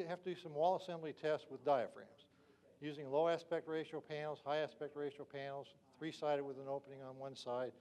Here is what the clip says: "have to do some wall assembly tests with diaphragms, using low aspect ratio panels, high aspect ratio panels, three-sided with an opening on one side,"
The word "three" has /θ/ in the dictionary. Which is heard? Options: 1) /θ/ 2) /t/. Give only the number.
1